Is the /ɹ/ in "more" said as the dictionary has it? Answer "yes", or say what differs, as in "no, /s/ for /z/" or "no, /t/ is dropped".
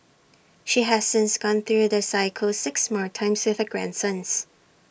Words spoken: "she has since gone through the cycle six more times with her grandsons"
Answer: yes